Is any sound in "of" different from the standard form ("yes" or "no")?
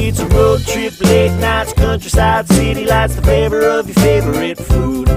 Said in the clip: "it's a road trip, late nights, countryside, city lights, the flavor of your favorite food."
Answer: no